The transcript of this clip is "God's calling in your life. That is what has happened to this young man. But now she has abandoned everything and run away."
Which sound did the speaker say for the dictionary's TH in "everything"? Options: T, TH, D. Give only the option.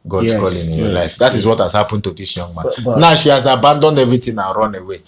T